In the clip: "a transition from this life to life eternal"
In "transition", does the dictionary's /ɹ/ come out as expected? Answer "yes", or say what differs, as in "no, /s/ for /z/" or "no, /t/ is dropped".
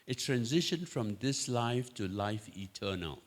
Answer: yes